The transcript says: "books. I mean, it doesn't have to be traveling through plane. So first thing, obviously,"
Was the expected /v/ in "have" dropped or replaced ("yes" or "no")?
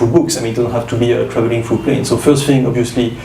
yes